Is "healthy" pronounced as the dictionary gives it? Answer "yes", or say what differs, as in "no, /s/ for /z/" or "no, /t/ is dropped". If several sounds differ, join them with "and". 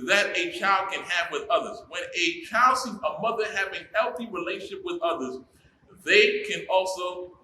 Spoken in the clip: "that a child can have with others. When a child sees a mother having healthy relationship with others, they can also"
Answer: yes